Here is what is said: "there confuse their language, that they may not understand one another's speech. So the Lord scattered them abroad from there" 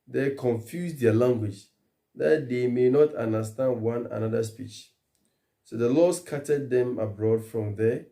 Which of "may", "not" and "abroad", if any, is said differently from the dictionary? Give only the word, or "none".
none